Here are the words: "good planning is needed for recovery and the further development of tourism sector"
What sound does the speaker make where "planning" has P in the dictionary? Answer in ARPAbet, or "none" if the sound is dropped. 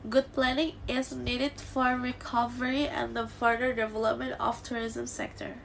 P